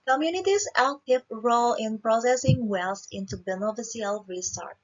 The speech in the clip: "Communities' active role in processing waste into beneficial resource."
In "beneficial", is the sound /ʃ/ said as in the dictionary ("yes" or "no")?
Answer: no